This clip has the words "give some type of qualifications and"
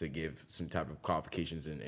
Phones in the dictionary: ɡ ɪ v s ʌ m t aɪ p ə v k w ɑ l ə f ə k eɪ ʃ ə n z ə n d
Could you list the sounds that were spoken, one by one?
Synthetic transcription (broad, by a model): ɡ ɪ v s ʌ m t aɪ p ə v k w ɑ l ə f ə k eɪ ʃ ə n z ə n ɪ